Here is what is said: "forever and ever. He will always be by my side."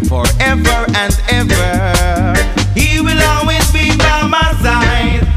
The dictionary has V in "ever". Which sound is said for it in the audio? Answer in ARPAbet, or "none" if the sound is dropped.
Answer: V